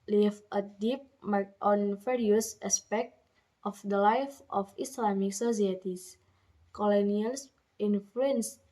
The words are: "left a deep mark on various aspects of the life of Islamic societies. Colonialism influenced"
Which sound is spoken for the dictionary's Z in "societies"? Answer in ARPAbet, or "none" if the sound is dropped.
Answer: S